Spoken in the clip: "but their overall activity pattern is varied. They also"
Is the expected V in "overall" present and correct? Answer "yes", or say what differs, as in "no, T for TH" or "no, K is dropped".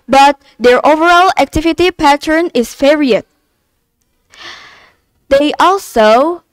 yes